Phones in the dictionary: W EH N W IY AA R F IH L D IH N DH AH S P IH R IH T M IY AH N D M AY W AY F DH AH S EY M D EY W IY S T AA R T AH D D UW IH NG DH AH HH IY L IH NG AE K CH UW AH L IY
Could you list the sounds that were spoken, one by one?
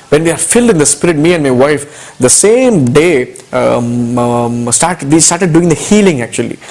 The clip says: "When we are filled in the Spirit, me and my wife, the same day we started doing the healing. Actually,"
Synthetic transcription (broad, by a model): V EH N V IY AA R F IH L D IH N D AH S P IH R IH T M IY AH N D M AY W AY F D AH S EY M D EY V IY S T AA R T AH D D UW IH NG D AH HH IY L IH NG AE K CH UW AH L IY